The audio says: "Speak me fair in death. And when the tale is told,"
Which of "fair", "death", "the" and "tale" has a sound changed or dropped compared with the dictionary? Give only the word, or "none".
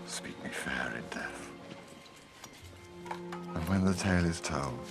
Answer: none